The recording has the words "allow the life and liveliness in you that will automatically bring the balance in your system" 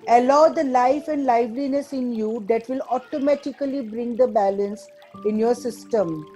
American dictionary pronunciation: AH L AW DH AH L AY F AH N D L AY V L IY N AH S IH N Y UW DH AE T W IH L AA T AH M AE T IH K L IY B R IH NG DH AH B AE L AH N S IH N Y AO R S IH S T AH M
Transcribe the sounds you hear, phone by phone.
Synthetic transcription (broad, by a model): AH L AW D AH L AY F AH N D L AY V L IY N AH S IH N Y UW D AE T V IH L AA T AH M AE T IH K L IY B R IH NG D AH B AE L AH N S IH N Y AO R S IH S T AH M